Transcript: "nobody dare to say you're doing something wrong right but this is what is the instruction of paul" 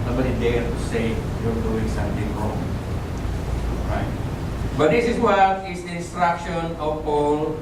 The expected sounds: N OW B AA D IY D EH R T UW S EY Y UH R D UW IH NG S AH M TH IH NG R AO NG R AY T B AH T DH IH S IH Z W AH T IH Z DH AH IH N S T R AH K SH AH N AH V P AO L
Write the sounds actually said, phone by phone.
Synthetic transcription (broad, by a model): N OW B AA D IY D EH R T UW S EY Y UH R D UW IH NG S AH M T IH NG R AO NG R AY T B AH T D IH S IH S W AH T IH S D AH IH N S T R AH K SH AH N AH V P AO L